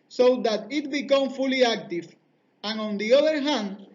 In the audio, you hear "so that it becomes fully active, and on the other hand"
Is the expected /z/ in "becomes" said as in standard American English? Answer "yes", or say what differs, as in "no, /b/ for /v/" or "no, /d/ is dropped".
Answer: no, /z/ is dropped